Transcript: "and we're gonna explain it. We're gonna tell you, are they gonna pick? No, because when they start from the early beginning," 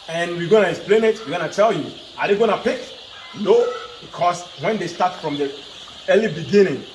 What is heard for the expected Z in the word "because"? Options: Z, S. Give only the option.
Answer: S